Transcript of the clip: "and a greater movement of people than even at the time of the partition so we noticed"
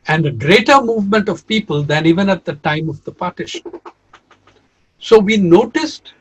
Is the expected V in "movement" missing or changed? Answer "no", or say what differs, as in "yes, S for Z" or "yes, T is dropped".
no